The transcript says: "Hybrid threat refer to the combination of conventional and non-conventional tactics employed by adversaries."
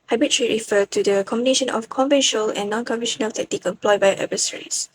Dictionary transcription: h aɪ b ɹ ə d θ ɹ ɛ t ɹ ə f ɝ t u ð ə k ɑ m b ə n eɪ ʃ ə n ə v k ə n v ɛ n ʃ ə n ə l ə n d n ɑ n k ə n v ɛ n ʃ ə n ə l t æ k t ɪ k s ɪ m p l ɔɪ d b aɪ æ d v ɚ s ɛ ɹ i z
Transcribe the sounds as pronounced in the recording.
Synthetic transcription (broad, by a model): h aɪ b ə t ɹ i ɹ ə f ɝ t u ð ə k ɑ m b ə n eɪ ʃ ə n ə f k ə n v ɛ n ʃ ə n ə l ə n n ɑ n k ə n v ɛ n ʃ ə n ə l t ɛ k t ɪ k ɪ m p l ɔɪ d b aɪ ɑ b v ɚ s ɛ ɹ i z